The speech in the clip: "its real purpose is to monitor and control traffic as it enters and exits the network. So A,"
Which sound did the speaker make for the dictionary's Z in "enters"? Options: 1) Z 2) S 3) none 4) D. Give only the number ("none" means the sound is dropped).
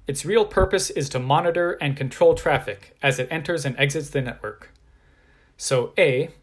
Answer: 1